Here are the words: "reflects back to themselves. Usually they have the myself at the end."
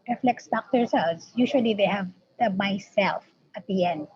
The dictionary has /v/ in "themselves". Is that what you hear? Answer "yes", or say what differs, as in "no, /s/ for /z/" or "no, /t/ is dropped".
no, /v/ is dropped